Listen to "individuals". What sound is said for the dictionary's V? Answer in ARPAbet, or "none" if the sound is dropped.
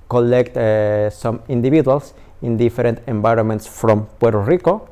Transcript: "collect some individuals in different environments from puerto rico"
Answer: B